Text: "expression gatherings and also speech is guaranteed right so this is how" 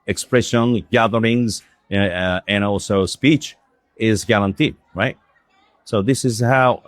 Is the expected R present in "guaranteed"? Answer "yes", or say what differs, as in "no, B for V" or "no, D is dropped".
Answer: no, L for R